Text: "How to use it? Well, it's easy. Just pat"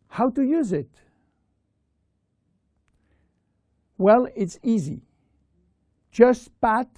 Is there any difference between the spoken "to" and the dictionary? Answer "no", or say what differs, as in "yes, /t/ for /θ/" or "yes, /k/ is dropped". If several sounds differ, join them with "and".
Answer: no